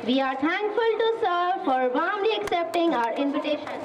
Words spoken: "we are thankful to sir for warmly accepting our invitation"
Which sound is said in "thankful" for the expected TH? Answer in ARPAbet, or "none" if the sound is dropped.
T